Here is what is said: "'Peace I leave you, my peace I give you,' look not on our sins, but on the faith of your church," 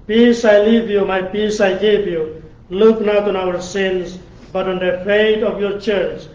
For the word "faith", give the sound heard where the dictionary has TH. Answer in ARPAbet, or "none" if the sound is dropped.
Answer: T